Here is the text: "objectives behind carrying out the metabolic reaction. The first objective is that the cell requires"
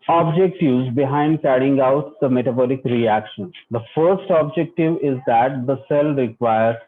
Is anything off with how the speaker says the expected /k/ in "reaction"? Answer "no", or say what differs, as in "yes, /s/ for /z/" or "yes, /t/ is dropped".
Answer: no